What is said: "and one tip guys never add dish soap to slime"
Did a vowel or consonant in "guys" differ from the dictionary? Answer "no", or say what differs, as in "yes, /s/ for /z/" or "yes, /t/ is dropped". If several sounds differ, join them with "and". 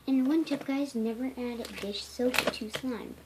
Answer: no